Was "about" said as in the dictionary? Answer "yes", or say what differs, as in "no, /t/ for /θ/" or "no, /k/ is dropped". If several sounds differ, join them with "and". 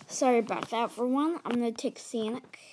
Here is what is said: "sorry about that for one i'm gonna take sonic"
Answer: yes